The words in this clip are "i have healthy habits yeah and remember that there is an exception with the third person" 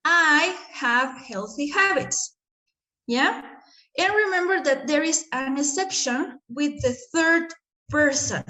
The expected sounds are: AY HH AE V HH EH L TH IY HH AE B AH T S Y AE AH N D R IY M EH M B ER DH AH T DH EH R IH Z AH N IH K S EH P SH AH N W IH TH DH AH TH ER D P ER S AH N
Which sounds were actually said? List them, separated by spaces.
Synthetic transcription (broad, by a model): AY HH AE V HH EH L TH IY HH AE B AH T S Y AE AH N R IY M EH M B ER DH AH T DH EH R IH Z AH N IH S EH P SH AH N W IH DH AH TH ER D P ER S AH N